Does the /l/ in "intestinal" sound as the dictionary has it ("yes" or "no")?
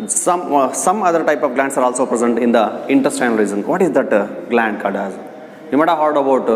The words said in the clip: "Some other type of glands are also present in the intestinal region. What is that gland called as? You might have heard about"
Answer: no